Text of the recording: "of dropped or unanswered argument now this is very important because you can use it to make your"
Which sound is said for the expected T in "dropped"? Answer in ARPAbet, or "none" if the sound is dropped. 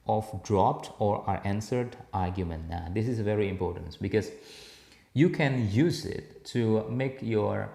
T